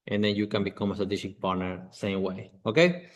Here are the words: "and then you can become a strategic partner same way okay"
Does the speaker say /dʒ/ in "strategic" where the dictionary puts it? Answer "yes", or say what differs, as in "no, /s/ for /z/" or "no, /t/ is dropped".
no, /ʃ/ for /dʒ/